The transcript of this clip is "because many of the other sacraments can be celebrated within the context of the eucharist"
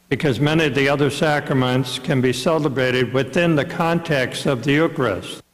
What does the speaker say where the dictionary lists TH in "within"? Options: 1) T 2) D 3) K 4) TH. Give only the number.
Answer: 4